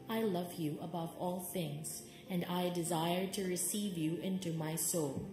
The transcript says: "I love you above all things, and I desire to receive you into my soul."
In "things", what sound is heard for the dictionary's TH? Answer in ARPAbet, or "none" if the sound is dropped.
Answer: TH